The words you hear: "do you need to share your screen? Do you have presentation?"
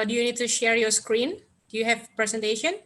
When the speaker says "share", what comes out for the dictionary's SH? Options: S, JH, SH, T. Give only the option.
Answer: SH